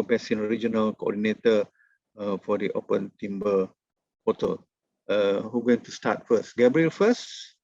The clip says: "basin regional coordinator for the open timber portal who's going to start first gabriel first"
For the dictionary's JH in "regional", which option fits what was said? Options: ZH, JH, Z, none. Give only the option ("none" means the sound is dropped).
JH